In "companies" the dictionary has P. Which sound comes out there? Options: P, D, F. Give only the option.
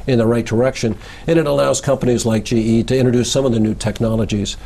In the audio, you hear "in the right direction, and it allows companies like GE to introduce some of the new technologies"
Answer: P